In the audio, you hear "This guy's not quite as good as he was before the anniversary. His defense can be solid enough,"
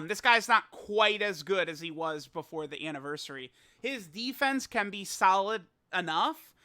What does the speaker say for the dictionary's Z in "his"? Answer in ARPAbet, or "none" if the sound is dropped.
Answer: Z